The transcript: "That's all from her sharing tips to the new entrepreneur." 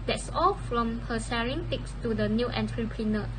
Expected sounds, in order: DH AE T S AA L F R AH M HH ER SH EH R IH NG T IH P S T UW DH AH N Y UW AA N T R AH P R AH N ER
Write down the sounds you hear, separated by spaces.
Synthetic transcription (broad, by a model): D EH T S AA L F R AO M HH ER S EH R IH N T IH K S T UW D AH N Y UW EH N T R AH P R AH N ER